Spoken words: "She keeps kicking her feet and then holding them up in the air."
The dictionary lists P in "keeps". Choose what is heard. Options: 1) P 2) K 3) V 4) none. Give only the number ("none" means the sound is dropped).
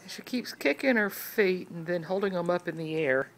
1